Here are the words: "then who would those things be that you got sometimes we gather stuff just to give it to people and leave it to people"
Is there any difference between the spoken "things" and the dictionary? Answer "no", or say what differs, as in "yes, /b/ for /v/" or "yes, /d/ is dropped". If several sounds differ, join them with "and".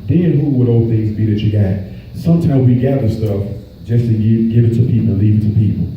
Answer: no